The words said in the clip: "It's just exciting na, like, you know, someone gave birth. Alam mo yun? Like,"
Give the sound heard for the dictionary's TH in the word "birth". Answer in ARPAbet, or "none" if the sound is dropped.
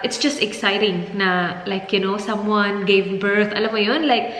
T